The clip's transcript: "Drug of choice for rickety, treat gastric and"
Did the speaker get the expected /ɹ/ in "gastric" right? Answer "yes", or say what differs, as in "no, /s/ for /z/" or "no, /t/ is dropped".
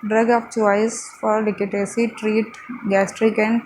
yes